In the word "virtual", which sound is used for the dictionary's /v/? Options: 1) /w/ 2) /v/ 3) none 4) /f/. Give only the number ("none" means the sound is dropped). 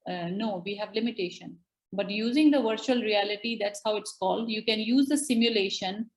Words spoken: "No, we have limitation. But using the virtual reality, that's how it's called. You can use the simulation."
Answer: 2